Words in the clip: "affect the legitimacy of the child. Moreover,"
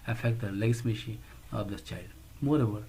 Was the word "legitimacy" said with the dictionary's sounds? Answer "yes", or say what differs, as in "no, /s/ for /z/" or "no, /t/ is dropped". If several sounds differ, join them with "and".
no, /dʒ/ is dropped and /ʃ/ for /s/